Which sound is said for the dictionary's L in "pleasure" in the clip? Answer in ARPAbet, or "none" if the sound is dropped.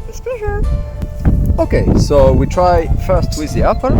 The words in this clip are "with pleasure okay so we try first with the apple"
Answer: none